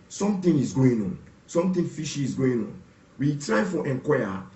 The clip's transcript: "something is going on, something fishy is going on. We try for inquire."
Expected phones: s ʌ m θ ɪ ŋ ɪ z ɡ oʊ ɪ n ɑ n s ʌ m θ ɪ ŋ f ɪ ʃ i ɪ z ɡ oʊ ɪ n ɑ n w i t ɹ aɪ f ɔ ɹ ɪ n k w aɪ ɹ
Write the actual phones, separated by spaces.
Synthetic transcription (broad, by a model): s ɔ m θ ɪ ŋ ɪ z ɡ oʊ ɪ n ɑ n s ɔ m t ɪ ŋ f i ʃ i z ɡ oʊ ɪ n ɑ n w i t ɹ aɪ f ɔ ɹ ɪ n k w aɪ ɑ